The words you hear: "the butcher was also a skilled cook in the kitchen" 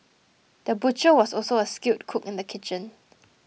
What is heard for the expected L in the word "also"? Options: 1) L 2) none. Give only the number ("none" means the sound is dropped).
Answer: 1